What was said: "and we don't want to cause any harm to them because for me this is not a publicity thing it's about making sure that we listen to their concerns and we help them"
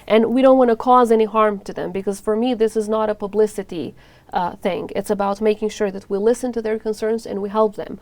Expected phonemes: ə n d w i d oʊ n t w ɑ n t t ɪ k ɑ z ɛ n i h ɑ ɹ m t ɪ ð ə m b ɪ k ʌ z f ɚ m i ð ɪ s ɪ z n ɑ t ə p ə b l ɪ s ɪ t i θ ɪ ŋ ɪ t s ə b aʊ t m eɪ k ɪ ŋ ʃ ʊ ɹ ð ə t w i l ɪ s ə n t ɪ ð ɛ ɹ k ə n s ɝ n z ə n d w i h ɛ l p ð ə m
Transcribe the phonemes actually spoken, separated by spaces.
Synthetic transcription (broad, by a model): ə n w i d oʊ n t w ɑ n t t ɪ k ɑ z ɛ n i h ɑ ɹ m t ɪ ð ə m b ɪ k ʌ z f ɚ m i ð ɪ s ɪ z n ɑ t ə p ə b l ɪ s ɪ t i θ ɪ ŋ ɪ t s ə b aʊ t m eɪ k ɪ ŋ ʃ ʊ ɹ ð ə t w i l ɪ s ə n t ɪ ð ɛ ɹ k ə n s ɝ n z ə n w i h ɛ l p ð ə m